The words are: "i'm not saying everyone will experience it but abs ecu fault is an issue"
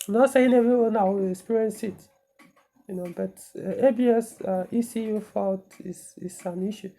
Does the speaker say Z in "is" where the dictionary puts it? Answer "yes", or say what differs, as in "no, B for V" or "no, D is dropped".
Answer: no, S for Z